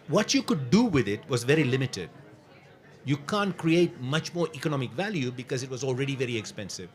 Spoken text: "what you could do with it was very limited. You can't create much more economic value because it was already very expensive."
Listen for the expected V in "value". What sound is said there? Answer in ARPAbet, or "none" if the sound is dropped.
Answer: V